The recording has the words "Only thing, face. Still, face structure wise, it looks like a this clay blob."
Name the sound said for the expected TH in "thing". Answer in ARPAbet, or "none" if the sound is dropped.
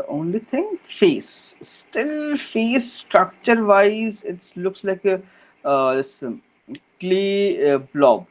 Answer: T